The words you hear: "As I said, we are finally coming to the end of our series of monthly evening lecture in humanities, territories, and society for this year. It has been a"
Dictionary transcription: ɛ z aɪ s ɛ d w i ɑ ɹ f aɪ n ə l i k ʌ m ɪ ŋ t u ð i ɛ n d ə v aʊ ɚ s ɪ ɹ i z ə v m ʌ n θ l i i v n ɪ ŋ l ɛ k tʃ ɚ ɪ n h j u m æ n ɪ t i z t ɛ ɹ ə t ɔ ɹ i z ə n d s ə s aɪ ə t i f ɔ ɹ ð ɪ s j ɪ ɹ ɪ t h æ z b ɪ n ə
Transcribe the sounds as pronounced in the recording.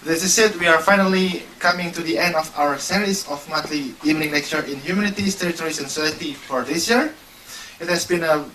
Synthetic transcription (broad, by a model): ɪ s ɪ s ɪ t w i ɑ ɹ f aɪ n ə l i k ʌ m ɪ ŋ t u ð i ɛ n d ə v aʊ ɚ s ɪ ɹ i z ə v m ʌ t l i i v n ɪ ŋ n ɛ k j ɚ ɪ n h j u m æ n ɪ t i s t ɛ ɹ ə t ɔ ɹ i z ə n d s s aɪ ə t i f ɔ ɹ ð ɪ s j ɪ ɹ ɪ t h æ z b ɪ n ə